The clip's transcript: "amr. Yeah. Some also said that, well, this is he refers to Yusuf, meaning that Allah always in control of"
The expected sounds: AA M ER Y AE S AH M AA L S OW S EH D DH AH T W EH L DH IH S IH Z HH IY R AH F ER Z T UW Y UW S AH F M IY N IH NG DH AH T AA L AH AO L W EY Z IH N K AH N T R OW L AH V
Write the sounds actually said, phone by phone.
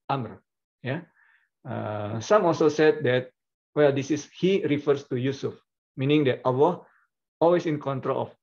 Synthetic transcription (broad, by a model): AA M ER Y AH S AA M AA L S OW S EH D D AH T W EH L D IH S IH S HH IY R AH F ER S T UW Y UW S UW F M IY N IH NG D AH T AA W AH AO L W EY S IH N K AH N T R OW L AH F